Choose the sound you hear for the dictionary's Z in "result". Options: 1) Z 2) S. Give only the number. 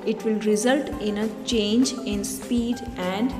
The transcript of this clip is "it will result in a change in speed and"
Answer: 1